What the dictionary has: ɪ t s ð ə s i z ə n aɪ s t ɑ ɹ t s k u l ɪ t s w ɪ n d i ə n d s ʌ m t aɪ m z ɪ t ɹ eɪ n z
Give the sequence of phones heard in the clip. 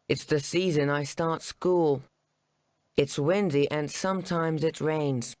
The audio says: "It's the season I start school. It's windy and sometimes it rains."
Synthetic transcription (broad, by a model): ɪ t s ð ə s i z ə n aɪ s t ɑ ɹ t s k u l ɪ t s w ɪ n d i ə n s ʌ m t aɪ m z ɪ t ɹ eɪ n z